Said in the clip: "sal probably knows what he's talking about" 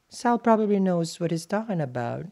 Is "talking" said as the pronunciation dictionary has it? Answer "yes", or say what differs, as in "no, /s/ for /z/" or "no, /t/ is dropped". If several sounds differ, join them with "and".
no, /k/ is dropped